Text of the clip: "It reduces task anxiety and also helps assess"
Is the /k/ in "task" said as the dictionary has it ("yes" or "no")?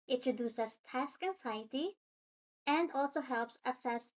yes